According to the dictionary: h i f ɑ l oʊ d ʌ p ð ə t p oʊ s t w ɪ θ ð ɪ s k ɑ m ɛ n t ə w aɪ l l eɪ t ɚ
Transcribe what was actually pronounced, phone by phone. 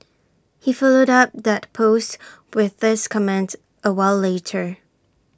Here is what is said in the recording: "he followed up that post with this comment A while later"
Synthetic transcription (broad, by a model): h i f ɑ l oʊ d ʌ p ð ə t p oʊ s t w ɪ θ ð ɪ s k ɑ m ɛ n t ə w aɪ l l eɪ t ɚ